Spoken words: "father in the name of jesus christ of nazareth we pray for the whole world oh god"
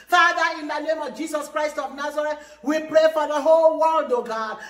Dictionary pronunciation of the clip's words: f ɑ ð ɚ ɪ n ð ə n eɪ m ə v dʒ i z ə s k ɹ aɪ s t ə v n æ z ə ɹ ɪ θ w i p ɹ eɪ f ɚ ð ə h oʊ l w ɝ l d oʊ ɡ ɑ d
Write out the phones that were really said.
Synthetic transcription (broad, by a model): f ɑ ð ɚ ɪ n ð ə n eɪ m ə v dʒ i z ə s k ɹ aɪ s t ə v n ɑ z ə ɹ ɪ t w i p ɹ eɪ f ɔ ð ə h oʊ l w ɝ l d oʊ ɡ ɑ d